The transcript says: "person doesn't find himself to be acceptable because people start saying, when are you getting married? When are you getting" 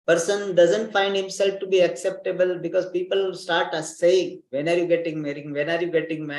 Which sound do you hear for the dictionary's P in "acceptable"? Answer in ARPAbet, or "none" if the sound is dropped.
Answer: P